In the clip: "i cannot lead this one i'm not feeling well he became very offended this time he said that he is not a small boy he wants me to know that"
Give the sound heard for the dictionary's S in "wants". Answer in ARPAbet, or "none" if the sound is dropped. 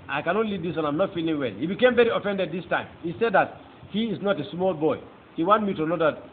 none